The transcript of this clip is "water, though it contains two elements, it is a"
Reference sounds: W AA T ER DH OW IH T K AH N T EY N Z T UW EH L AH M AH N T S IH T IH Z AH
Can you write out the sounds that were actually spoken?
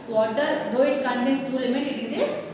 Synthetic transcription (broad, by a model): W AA T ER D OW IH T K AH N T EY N S T UW L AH M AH T IH T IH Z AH